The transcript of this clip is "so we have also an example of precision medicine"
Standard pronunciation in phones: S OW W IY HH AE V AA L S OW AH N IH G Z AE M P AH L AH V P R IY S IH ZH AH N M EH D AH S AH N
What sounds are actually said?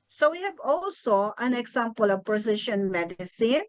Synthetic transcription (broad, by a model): S OW W IY HH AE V AA L S OW AH N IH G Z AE M P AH L AH V P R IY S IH SH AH N M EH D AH S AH N